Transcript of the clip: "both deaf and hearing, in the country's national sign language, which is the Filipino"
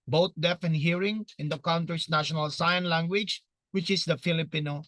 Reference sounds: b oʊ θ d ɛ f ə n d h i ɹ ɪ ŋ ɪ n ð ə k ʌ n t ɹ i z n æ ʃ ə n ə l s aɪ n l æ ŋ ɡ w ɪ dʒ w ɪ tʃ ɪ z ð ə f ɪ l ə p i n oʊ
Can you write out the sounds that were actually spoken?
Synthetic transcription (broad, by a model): b oʊ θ d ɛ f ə n h i ɹ ɪ ŋ ɪ n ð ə k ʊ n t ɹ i s n æ ʃ ə n ə l s aɪ n l æ ŋ ɡ w ɪ dʒ w ɪ tʃ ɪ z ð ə f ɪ l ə p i n oʊ